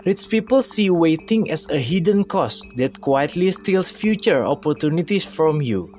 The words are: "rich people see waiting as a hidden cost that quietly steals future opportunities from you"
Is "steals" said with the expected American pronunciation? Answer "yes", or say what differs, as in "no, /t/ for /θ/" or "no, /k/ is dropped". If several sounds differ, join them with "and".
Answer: no, /s/ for /z/